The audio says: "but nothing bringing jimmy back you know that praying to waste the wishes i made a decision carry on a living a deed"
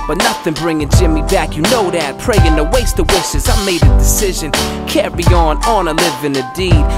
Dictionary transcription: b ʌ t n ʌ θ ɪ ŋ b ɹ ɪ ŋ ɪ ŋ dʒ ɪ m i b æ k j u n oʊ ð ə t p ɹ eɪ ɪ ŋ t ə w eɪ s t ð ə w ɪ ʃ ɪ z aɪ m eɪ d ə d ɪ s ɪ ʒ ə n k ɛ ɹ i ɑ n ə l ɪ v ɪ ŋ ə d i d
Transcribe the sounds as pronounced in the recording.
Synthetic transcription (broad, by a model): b ʌ t n ʌ θ ɪ ŋ b ɹ ɪ ŋ ɪ ŋ dʒ ɪ m i b æ k j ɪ n oʊ ð ə t p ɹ eɪ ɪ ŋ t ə w eɪ s t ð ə w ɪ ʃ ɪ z aɪ m eɪ d ə d ɪ s ɪ ʒ ə n k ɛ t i ɑ n ə l ɪ v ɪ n ə d i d